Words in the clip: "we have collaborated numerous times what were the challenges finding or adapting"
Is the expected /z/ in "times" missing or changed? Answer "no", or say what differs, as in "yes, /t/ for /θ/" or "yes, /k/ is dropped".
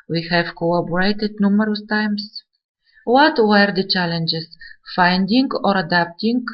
yes, /s/ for /z/